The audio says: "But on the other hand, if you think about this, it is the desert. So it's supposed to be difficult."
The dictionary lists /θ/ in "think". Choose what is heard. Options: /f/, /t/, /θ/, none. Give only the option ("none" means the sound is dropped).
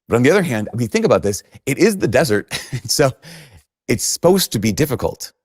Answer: /θ/